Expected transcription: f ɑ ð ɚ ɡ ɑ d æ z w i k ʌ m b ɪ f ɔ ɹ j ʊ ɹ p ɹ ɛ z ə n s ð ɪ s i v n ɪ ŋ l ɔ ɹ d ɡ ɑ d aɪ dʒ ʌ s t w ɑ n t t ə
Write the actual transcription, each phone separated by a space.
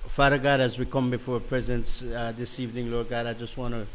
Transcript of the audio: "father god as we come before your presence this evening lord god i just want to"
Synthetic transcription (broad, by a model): f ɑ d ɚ ɡ ɑ d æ z w i k ʌ m b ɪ f ɔ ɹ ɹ p ɹ ɛ z ə n s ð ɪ s i v n ɪ ŋ l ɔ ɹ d ɡ ɑ d aɪ dʒ ʌ s t w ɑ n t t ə